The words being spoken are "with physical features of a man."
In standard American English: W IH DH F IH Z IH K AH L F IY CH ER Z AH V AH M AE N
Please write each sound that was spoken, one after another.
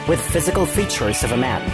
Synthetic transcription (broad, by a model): W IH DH F IH Z IH K AH L F IY CH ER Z AH V AH M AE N